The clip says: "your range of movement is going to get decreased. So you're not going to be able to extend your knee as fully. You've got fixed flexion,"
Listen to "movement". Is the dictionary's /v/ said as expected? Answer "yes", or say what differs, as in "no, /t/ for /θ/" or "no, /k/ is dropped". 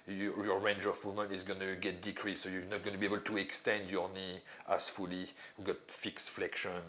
no, /v/ is dropped